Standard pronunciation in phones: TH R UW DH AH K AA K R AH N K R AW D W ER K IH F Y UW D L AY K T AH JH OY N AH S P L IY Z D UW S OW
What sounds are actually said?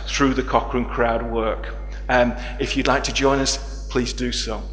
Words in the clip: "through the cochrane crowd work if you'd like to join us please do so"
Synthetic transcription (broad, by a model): TH R UW DH AH K AA K R AH N K R AW D W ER K IH F Y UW D L AY K T AH JH OY N AH S P L IY Z D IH S OW